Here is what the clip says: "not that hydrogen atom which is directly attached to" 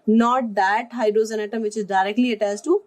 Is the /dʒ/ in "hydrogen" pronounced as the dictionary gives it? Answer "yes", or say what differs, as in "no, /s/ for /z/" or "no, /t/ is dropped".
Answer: no, /z/ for /dʒ/